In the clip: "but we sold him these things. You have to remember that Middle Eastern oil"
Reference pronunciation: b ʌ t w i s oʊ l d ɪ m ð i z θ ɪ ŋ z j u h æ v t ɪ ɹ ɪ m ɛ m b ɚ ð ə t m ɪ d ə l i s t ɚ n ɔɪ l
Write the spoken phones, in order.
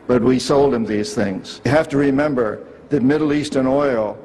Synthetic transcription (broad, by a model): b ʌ t w i s oʊ l d ɪ m ð i z θ ɪ ŋ z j h æ f t ɪ ɹ ɪ m ɛ m b ɚ ð ə t m ɪ d l i s t ɚ n ɔɪ l